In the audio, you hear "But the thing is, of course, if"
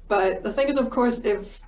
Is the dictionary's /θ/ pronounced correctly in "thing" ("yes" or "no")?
yes